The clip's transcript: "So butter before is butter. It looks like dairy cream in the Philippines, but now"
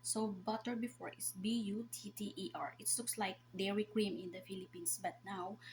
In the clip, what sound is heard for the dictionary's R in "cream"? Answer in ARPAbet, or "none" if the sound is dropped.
R